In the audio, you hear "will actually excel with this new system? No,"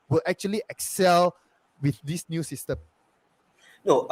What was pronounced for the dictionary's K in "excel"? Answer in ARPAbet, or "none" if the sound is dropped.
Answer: K